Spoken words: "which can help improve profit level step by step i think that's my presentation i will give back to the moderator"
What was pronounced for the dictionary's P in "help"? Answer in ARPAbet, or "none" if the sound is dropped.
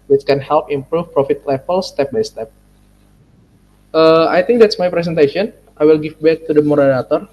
P